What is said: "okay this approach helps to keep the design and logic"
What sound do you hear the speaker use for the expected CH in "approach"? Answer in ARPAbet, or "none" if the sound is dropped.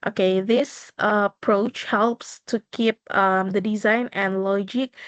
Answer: CH